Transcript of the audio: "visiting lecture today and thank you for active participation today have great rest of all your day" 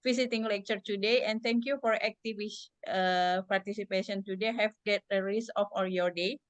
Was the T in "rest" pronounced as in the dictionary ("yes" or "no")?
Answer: no